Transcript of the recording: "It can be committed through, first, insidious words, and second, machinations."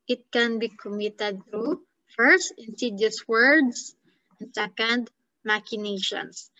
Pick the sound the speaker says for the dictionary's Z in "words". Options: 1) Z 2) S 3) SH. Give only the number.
2